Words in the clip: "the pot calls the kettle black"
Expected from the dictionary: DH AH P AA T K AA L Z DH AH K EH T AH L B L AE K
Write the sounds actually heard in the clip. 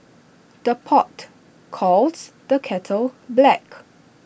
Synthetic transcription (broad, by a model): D AH P AA T K AA L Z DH AH K EH T AH L B L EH K